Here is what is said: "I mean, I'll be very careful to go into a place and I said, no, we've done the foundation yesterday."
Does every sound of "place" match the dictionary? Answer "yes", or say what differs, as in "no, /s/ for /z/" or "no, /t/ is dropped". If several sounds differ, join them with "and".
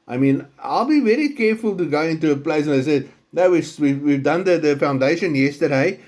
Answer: no, /s/ is dropped